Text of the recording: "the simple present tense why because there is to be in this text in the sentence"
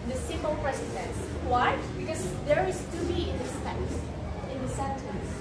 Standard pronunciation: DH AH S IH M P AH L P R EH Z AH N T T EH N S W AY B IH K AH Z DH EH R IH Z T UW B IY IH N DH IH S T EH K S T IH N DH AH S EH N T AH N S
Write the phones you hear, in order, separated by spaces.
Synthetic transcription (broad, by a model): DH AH S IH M AH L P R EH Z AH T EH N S W AY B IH K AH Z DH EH R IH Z T UW B IY IH N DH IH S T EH S IH N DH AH S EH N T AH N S